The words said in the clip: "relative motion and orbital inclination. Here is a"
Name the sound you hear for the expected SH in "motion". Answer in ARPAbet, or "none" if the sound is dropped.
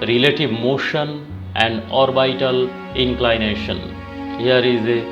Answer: SH